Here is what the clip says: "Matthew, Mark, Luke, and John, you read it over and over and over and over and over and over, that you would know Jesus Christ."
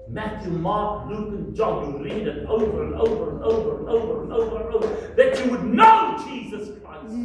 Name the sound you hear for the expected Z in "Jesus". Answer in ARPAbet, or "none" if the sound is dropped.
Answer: Z